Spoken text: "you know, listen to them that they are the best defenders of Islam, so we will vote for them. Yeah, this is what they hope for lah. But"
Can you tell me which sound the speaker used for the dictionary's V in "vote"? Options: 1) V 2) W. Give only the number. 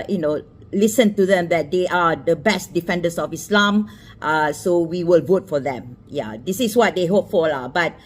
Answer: 1